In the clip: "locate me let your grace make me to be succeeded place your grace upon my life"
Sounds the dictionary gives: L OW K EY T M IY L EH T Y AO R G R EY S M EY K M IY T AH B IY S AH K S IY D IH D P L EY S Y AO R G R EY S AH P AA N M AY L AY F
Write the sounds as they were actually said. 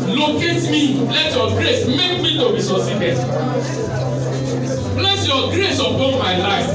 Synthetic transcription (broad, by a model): L OW K EY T M IY L EH T Y AO G R EY S M EY K M IY T AH B IY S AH S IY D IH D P L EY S Y AO G R EY S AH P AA M AY L AY F